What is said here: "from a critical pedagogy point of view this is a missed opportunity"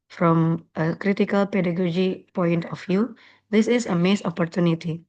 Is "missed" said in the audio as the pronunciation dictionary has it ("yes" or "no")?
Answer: no